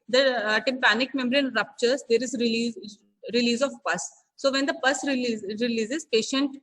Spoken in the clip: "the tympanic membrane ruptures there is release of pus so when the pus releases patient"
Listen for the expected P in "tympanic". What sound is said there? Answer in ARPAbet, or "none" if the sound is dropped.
P